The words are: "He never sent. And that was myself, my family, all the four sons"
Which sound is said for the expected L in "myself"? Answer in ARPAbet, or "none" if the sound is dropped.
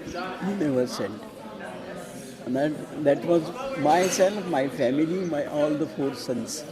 N